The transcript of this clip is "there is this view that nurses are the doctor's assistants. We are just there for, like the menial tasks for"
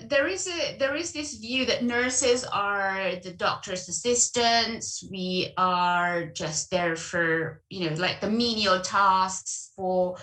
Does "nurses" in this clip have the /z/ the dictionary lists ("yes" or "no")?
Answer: yes